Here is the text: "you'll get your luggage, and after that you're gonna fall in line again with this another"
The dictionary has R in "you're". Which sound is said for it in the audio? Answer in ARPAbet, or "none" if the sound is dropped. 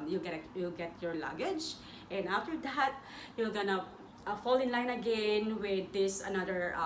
L